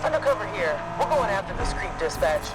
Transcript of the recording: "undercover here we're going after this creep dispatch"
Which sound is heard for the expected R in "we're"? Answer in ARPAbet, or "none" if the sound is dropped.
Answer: L